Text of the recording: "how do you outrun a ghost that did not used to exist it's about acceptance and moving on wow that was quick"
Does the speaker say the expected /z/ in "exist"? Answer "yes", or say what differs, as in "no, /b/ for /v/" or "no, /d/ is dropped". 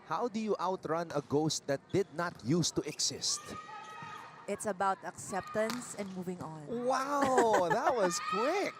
no, /s/ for /z/